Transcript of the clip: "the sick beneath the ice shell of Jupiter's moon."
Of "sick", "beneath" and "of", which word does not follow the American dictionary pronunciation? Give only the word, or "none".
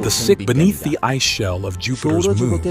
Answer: none